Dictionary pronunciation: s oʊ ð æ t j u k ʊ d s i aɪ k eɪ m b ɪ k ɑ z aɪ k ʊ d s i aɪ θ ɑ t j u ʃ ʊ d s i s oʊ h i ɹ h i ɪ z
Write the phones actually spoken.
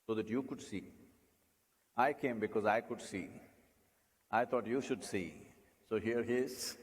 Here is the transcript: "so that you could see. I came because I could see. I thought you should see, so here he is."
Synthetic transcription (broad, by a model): s oʊ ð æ t j u k ʊ d s i aɪ k eɪ m b ɪ k ɑ z aɪ k ʊ d s i aɪ t ɑ t j u ʃ ʊ d s i s oʊ h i ɹ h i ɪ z